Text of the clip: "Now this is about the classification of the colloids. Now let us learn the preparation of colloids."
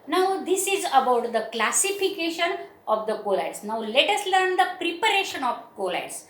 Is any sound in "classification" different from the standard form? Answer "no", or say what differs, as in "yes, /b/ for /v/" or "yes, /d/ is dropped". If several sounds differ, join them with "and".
no